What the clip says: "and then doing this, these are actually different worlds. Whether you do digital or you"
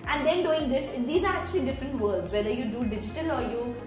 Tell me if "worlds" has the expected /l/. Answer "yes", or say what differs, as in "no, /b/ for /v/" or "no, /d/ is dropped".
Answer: no, /l/ is dropped